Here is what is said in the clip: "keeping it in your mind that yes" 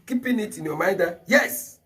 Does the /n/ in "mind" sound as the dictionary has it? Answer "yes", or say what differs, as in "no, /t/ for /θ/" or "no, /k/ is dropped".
no, /n/ is dropped